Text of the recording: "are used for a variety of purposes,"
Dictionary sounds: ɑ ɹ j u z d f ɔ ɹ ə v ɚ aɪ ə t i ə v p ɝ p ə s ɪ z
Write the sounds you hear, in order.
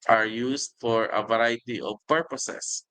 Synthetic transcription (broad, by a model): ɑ ɹ j u s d f ɔ ɹ ə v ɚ aɪ t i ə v p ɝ p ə s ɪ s